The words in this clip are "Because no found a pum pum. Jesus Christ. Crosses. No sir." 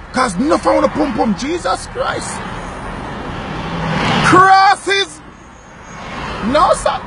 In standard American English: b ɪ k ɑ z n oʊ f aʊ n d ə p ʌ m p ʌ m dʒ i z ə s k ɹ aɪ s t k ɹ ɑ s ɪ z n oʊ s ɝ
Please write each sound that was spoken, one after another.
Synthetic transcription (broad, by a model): k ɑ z n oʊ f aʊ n ə p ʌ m p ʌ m dʒ i z ə s k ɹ aɪ s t k ɹ ɑ s ɪ z n oʊ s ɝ